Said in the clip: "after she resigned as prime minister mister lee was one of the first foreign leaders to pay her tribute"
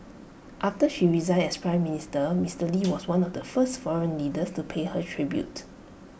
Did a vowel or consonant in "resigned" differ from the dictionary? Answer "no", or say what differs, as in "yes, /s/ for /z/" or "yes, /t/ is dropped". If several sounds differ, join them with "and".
yes, /n/ is dropped